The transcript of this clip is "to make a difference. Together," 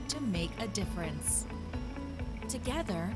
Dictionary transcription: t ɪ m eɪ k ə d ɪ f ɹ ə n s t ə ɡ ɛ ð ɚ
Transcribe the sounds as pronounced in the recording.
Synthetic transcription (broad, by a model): t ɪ m eɪ k ə d ɪ f ɹ ə n s t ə ɡ ɛ ð ɚ